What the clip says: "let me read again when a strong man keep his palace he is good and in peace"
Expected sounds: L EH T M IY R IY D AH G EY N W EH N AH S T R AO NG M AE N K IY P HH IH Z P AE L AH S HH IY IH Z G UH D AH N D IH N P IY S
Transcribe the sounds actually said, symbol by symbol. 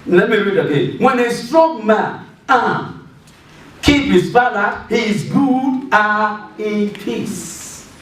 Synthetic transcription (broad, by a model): L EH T M IY R IY D AH G EY N W EH N AH S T R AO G M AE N K IY P HH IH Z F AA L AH HH IY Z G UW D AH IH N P IY S